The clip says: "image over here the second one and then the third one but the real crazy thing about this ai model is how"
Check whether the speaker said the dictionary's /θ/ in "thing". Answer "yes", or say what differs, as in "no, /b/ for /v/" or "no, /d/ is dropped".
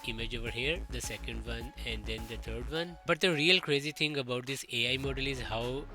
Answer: no, /t/ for /θ/